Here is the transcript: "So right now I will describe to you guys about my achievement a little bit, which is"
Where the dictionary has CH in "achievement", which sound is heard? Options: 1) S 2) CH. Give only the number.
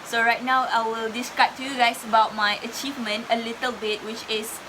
2